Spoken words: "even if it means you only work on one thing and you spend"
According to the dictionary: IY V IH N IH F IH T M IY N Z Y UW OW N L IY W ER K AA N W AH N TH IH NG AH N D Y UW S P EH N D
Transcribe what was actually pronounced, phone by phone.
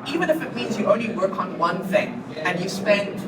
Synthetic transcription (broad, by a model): IY V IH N IH F IH T M IY N Z Y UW OW N L IY W ER K N W AH N TH IH NG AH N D Y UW S P EH N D